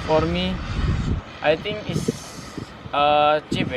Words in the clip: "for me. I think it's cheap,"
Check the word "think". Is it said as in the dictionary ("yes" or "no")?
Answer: no